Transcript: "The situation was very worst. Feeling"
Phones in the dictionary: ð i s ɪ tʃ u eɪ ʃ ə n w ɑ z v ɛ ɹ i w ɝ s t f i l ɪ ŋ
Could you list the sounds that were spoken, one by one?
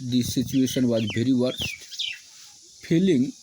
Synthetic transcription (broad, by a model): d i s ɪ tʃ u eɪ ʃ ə n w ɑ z b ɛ ɹ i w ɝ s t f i l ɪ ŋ